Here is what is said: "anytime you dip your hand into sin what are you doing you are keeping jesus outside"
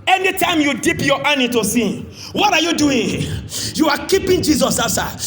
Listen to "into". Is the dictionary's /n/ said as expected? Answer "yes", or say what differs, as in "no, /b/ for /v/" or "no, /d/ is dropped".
no, /n/ is dropped